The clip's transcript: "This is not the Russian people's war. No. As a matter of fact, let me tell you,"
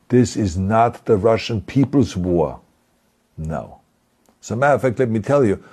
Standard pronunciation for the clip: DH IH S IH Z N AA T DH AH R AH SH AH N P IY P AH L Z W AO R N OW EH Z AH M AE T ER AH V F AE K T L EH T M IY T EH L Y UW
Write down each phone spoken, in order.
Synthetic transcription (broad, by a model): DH IH S IH Z N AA T DH AH R AH SH AH N P IY P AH L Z W AO R N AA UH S AH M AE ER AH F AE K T L EH T M IY T EH L Y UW